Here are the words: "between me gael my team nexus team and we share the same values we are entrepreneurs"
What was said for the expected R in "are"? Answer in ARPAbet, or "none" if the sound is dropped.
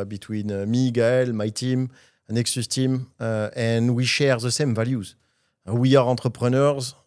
R